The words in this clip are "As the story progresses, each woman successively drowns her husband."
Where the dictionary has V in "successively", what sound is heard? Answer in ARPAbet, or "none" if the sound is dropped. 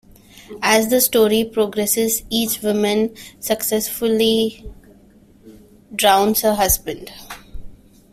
none